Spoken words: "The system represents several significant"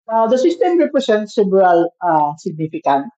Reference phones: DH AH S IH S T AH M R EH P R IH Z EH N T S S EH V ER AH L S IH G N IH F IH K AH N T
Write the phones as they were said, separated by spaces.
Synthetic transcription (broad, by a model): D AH S IH S T AH M R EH P R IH S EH N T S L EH B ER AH L S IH G N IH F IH K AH N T